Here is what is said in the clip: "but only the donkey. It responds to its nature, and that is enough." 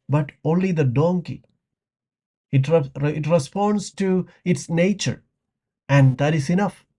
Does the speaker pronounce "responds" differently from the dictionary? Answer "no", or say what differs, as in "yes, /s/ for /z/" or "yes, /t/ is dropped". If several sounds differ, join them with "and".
yes, /s/ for /z/